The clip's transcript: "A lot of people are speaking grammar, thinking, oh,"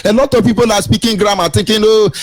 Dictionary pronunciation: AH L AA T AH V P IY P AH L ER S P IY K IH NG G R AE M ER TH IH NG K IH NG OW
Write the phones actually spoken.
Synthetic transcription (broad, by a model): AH L AA T AH V P IY P AH L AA S P IY K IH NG G R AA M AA T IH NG K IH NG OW